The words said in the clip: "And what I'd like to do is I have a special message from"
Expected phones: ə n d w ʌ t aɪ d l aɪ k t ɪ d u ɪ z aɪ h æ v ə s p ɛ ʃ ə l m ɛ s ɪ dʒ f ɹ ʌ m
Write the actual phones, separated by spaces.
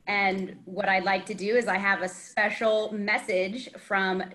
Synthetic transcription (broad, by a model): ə n w ʌ t aɪ l aɪ k t ɪ d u ɪ z aɪ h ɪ v ə s p ɛ ʃ l m ɛ s ɪ dʒ f ɹ ʌ m